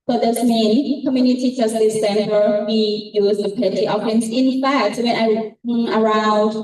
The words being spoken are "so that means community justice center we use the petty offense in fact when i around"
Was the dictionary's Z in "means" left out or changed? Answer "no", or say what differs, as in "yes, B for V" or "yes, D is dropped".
yes, Z is dropped